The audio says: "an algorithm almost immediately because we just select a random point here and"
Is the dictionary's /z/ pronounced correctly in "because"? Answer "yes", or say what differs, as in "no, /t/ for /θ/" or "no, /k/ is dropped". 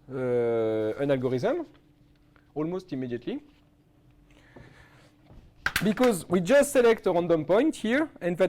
yes